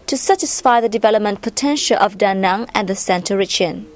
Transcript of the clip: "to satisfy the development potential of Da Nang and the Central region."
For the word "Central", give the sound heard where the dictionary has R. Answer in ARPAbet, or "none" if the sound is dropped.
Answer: none